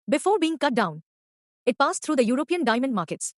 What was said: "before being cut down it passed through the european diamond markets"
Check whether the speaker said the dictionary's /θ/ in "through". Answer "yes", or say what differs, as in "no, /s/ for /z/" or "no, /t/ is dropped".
no, /t/ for /θ/